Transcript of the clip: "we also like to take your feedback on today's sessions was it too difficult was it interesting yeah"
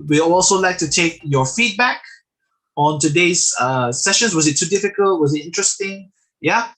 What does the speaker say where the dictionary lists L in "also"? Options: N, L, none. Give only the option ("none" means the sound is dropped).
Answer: L